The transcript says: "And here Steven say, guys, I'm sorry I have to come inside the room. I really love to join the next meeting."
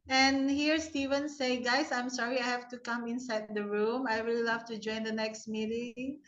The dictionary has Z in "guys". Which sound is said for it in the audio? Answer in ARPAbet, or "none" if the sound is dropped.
S